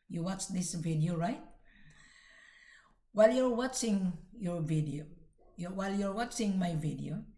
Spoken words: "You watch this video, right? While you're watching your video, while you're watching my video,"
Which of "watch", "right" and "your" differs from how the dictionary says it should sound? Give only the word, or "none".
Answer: none